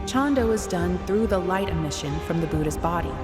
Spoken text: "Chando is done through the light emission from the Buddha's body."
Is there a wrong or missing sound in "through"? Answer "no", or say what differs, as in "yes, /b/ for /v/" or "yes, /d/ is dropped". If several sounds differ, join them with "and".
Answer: no